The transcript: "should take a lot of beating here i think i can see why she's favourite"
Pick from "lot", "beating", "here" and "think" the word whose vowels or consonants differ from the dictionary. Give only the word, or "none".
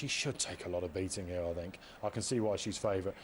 none